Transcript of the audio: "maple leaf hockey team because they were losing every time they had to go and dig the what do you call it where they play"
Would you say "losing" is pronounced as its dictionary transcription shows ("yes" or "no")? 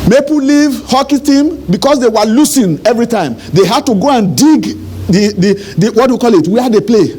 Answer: no